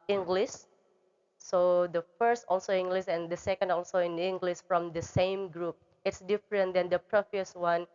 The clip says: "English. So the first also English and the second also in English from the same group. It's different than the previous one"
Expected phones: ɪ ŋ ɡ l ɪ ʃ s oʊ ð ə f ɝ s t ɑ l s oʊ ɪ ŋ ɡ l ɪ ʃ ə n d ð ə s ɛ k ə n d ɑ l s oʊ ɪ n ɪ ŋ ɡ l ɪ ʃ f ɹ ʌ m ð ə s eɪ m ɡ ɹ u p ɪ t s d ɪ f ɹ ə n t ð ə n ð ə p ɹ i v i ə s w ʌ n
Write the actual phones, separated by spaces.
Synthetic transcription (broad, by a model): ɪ ŋ ɡ l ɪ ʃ s oʊ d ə f ɝ s t ɑ l s oʊ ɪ ŋ ɡ l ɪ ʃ ə n d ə s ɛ k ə n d ɑ l s oʊ ɪ n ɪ ŋ ɡ l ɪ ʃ f ɹ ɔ m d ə s eɪ m ɡ ɹ u p ɪ t s d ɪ f ɹ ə n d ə n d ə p ɹ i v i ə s w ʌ n